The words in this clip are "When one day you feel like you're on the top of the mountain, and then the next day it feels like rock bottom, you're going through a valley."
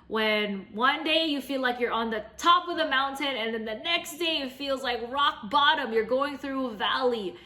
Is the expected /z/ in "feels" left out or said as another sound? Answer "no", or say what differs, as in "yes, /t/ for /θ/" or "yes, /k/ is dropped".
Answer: no